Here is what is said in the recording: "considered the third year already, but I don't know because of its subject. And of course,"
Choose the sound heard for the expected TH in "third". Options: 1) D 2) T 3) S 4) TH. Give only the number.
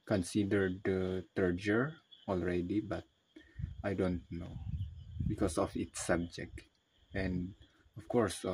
2